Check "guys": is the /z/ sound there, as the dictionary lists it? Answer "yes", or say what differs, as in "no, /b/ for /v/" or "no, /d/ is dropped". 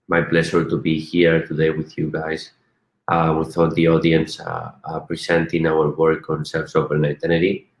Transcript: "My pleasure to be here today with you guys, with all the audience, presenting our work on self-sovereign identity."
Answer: no, /s/ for /z/